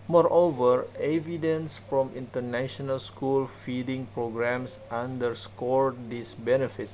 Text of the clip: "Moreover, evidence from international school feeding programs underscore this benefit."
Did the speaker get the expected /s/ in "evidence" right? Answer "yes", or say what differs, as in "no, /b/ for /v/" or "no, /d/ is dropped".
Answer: yes